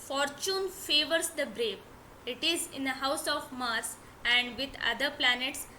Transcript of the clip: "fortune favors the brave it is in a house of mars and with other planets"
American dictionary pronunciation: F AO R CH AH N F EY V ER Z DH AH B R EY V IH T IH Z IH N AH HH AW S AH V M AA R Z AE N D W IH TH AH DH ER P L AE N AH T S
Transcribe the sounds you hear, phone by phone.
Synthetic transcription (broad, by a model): F AO R CH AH N F EY V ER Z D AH B R EY P IH T IH Z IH N AH HH AW S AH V M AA R S AE N D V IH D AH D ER P L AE N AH T S